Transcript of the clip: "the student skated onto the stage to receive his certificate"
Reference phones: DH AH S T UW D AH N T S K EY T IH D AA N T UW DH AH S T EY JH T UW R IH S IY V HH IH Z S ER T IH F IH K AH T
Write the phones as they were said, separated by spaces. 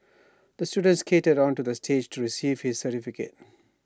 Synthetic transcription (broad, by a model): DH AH S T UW D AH N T S K EY T IH D AA N T UW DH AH S T EY JH T UW R IH S IY V HH IH Z S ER T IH F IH K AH T